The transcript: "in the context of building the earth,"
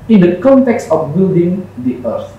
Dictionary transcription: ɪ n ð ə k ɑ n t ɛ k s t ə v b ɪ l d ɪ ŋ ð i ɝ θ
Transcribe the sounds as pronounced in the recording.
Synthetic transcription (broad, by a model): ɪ n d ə k ɑ n t ɛ k s t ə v b ɪ l d ɪ ŋ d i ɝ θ